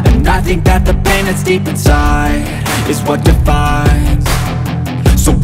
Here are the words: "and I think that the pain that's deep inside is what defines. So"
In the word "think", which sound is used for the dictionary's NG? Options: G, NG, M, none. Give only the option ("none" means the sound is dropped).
NG